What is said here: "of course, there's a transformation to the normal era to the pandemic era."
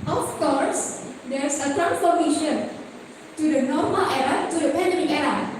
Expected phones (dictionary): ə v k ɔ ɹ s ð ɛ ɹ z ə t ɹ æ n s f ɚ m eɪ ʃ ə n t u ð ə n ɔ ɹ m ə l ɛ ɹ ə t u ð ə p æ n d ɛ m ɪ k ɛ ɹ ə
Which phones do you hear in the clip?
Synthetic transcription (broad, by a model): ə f k ɔ ɹ s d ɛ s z ə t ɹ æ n f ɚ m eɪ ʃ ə n t u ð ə n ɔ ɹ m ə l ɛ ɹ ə t u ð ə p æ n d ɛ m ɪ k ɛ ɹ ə